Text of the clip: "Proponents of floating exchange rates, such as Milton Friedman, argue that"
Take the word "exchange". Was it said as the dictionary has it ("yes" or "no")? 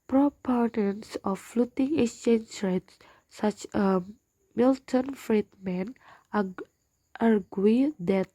no